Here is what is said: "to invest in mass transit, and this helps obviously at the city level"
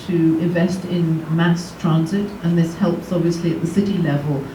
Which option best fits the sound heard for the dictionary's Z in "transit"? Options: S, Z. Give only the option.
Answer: Z